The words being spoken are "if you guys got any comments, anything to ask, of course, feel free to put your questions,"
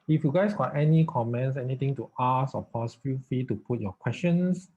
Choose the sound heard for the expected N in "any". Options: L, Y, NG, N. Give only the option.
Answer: N